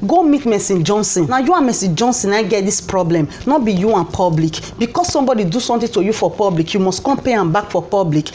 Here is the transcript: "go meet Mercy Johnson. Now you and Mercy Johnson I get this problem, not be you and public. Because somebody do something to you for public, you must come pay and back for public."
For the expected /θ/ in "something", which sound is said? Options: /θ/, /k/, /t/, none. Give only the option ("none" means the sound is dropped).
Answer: /t/